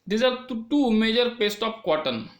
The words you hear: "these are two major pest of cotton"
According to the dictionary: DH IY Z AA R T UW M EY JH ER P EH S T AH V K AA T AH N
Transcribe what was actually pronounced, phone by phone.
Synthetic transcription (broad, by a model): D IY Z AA R T UW M EY JH ER P EH S T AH P K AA T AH N